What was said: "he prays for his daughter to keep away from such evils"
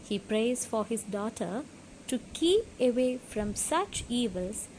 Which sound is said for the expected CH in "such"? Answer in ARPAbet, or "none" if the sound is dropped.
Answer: CH